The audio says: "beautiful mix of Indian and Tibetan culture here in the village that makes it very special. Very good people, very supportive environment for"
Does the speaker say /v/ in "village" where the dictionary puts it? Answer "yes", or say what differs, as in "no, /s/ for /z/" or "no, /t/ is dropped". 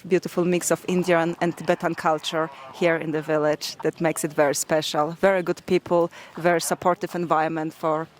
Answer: yes